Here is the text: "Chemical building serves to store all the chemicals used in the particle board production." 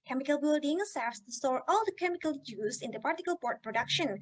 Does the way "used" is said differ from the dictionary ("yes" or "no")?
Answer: yes